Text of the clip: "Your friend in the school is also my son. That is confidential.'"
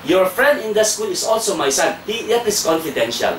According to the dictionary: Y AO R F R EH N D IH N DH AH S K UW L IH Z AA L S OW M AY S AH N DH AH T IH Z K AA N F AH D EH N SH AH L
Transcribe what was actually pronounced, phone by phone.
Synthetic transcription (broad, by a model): Y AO R F R EH N D IH N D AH S K UW L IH S AA L S OW M AY S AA N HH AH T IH S K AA N F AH D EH N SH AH L